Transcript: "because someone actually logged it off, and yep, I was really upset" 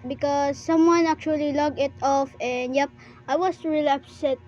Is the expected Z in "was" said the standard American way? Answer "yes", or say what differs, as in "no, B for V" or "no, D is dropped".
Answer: no, S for Z